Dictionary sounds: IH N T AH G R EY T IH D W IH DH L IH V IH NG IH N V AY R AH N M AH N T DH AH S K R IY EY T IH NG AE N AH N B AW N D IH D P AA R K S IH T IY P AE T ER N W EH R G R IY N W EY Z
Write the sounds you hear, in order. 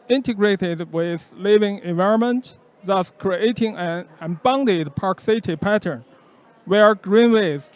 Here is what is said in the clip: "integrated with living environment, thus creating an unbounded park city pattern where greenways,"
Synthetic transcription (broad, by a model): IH N T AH G R EY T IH D W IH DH L IH V IH NG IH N V AY R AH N M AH N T DH AH S K R IY EY T IH NG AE N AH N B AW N D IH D P AA R K S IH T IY P AE T ER N W EH R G R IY N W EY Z